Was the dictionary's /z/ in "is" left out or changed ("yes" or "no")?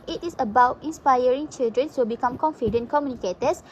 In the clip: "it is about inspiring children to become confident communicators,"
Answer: yes